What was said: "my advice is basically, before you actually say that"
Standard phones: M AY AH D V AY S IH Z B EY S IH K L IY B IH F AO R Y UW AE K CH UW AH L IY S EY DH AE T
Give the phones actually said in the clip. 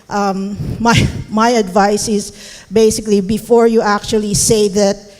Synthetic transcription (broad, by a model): M AY AH D V AY S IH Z B EY S IH K L IY B IH F AO R Y UW AE K CH UW AH L IY S EY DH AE T